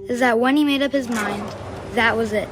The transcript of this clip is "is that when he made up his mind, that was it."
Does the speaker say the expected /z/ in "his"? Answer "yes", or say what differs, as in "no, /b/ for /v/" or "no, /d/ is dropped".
yes